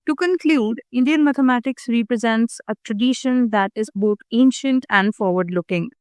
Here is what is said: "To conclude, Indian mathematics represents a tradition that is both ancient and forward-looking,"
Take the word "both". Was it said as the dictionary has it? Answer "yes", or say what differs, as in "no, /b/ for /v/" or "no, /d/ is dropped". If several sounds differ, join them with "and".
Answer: no, /t/ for /θ/